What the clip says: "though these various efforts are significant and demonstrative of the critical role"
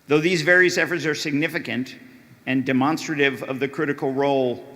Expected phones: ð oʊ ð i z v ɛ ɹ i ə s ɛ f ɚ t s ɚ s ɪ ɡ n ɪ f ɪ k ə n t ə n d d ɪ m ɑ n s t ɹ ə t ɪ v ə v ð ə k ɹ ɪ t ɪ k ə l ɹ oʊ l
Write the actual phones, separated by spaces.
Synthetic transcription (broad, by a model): ð oʊ ð i z v ɛ ɹ i ə s ɛ f ɚ t s ɚ s ɪ ɡ n ɪ f ɪ k ə n t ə n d d ɪ m ɑ n s t ɹ ə t ɪ v ə v ð ə k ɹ ɪ t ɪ k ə l ɹ oʊ l